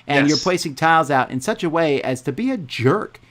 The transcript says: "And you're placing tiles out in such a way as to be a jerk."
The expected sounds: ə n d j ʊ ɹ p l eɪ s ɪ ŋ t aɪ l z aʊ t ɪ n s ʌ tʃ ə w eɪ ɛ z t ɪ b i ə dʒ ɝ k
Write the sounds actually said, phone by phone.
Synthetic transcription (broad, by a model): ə n j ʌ ɹ p l eɪ s ɪ ŋ t aɪ l z aʊ t ɪ n s ʌ tʃ ə w eɪ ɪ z t ɪ b i ə dʒ ɝ k